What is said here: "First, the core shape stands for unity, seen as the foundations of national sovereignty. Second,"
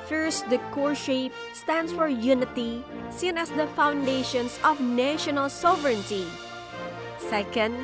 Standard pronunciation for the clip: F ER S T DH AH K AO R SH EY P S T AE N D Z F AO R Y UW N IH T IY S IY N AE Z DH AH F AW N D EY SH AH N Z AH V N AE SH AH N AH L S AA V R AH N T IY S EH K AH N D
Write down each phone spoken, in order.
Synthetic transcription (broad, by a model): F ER S T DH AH K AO R SH EY P S T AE N D S F AO R Y UW N IH T IY S IY N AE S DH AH F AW N D EY SH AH N S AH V N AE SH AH N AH L S AA V R AH N T IY S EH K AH N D